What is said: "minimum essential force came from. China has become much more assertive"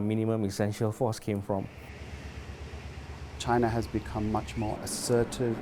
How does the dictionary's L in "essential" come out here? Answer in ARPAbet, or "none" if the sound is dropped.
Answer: L